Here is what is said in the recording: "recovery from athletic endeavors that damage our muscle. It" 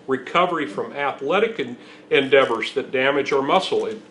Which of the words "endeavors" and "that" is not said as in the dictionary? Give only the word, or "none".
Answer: none